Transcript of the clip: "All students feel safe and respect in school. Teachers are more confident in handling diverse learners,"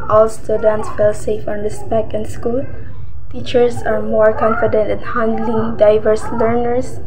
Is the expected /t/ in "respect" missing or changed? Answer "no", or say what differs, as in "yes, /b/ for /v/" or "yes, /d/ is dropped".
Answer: yes, /t/ is dropped